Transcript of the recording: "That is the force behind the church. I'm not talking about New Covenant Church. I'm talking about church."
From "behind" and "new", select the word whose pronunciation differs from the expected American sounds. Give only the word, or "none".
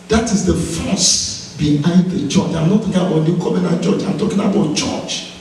new